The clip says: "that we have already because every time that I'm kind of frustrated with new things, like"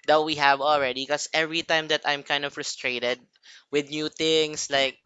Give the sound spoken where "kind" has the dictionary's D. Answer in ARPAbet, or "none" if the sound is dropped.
D